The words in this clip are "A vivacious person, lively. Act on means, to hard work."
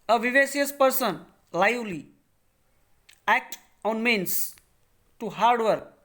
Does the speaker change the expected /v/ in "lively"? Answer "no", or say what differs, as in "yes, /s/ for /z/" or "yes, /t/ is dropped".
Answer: yes, /v/ is dropped